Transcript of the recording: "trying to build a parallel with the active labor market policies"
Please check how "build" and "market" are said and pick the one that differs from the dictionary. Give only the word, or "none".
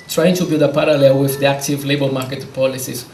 build